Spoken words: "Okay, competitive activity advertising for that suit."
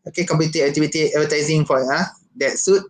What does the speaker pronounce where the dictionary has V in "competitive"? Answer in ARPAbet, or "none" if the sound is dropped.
none